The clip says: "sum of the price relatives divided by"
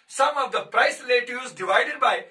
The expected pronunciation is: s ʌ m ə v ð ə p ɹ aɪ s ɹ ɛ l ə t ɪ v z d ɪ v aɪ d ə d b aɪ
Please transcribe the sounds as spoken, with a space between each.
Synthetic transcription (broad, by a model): s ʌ m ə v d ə p ɹ aɪ s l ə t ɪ z d ɪ v aɪ d ə d b aɪ